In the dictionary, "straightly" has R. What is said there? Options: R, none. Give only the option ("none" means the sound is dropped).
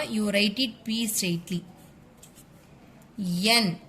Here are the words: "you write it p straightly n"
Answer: none